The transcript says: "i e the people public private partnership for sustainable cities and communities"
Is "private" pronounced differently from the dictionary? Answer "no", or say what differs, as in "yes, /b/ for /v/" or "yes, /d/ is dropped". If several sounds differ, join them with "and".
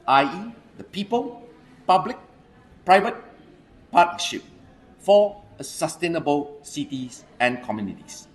no